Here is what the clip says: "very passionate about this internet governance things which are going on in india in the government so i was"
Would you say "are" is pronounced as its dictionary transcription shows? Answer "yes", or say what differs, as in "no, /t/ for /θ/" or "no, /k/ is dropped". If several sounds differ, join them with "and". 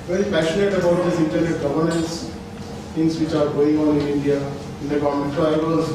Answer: yes